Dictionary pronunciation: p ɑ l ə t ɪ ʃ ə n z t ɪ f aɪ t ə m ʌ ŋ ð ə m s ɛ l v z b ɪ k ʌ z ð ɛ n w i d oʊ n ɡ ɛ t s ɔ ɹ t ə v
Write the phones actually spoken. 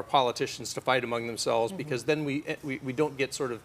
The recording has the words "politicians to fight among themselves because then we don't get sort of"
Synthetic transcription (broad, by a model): p ɑ l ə t ɪ ʃ n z t ɪ f aɪ t ə m ʌ ŋ ð ə m s ɛ l v z b ɪ k ʌ z ð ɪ n w i d oʊ n ɡ ɛ t s ɔ ɹ t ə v